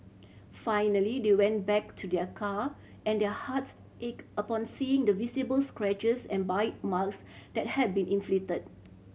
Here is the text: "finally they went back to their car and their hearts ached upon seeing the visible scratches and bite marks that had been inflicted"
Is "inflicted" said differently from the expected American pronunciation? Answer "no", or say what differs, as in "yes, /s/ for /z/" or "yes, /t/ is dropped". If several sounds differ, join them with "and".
yes, /k/ is dropped